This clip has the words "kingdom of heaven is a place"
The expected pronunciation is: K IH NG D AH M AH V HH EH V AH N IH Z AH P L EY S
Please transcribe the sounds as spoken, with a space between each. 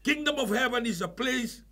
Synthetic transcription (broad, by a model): K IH NG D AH M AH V HH EH V AH N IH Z AH P L EY S